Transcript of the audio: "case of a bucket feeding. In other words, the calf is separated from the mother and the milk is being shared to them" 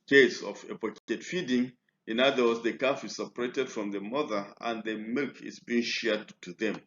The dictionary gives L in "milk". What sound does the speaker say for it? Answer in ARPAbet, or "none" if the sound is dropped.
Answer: L